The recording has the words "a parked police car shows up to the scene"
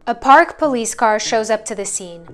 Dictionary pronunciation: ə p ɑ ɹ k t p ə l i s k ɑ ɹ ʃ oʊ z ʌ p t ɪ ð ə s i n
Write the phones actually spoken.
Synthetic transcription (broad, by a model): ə p ɑ ɹ k p ə l i s k ɑ ɹ ʃ oʊ z ʌ p t ɪ ð ə s i n